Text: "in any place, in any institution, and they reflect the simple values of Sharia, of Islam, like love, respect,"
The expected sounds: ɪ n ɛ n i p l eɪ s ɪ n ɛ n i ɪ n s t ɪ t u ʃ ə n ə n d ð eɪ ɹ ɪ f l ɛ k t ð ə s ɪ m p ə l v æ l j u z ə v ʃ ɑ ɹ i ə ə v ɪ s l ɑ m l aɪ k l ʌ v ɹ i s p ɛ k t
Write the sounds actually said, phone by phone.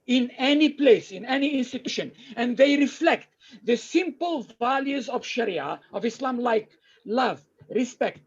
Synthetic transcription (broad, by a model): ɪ n ɛ n i p l eɪ s ɪ n ɛ n i ɪ n s t ɪ t u ʃ ə n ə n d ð eɪ ɹ ɪ f l ɛ k t ð ə s ɪ m p ə l v æ l j u z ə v ʃ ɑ ɹ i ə ə v ɪ s l ɑ m l aɪ k l ʌ v ɹ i s p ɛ k t